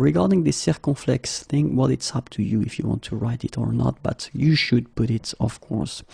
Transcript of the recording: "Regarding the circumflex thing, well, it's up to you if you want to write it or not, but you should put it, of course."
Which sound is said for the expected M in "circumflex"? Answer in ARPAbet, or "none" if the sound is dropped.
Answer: none